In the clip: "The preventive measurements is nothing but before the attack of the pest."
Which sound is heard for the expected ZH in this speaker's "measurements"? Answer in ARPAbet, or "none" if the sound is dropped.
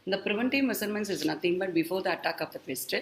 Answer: S